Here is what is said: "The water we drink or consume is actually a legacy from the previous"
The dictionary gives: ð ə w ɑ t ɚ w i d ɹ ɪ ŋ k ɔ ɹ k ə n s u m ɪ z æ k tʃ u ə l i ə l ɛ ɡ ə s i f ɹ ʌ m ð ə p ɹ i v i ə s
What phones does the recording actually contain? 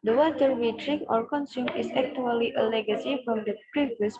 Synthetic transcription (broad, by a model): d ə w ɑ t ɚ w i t ɹ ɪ k ɔ ɹ k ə n s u m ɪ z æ k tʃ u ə l i ə l ɛ ɡ ə s i f ɹ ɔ m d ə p ɹ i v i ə s